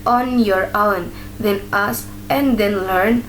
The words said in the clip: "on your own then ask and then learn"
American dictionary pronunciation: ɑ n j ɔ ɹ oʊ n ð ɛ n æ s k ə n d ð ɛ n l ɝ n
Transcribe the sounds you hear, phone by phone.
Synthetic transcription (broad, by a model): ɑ n j ɔ ɹ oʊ n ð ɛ n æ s ə n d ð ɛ n l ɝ n